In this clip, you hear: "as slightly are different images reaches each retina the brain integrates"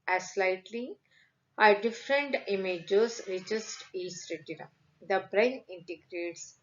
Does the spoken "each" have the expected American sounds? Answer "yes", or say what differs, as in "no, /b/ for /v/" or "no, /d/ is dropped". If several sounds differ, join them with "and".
no, /s/ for /tʃ/